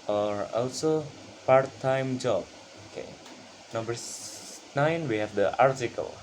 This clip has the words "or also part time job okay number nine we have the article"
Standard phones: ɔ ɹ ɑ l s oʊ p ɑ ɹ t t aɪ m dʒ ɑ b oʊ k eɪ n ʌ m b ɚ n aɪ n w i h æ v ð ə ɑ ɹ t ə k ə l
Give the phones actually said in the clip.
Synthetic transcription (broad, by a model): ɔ ɹ ɑ l s oʊ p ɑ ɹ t t aɪ m dʒ ɑ b oʊ k eɪ n ʌ m b ɚ n aɪ n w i h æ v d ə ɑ ɹ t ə k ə l